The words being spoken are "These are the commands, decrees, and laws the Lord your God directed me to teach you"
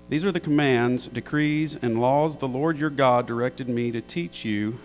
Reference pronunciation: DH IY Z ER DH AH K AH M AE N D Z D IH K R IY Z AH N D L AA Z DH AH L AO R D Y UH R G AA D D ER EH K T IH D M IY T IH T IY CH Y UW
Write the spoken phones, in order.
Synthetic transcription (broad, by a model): DH IY Z ER DH AH K AH M AE N D Z D IH K R IY Z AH N L AA Z DH AH L AO R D Y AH R G AA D D ER EH K T IH D M IY T IH T IY CH Y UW